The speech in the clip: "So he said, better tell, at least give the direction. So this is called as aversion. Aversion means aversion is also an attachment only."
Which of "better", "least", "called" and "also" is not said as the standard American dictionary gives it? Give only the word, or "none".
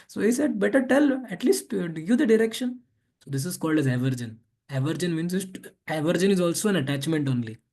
none